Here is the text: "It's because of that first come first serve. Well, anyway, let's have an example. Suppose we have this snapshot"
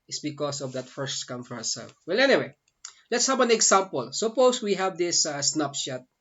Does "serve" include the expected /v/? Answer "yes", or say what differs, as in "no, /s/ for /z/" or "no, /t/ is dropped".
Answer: no, /f/ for /v/